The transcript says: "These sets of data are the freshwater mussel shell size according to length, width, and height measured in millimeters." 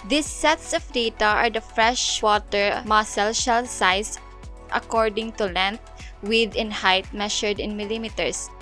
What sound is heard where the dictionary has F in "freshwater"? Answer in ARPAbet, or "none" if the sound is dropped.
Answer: F